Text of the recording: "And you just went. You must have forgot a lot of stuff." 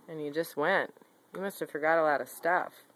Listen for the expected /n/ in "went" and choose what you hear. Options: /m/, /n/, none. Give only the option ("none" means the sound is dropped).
/n/